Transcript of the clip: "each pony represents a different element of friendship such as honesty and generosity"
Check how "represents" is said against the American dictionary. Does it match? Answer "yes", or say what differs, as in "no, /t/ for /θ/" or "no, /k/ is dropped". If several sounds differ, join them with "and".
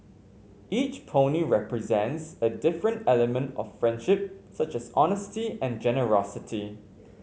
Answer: yes